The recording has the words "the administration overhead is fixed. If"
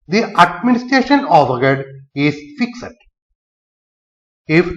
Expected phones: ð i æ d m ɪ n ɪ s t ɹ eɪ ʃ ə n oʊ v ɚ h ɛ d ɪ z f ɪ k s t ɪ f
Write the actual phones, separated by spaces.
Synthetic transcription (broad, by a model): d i æ d m ɪ n ɪ s t ɹ eɪ ʃ ə n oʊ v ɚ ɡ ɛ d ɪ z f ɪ k s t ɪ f